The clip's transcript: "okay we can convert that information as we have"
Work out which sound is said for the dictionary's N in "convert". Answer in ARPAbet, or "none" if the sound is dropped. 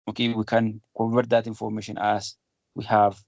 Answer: none